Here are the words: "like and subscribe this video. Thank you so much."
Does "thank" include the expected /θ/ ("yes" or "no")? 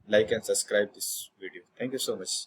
no